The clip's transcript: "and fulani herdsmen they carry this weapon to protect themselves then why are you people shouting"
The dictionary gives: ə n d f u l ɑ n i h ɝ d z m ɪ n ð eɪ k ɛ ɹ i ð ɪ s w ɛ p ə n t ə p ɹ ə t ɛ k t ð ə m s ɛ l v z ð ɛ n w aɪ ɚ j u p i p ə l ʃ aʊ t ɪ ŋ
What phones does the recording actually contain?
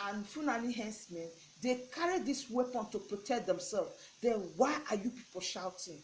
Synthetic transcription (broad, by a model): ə n f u n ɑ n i h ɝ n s m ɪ n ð eɪ k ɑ ɹ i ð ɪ s w ɛ p ə n t ə p ɹ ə t ɛ k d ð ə m s ɛ l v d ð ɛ n w aɪ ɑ j u p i p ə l ʃ aʊ t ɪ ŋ